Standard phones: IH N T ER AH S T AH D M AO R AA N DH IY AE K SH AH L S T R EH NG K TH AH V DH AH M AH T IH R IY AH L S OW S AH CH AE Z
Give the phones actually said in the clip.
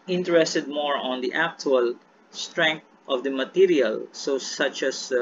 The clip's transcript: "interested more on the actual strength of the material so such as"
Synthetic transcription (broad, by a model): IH N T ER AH S T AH D M AO R AA N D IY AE K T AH L S T R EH NG K T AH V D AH M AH T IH R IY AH L S OW S AH CH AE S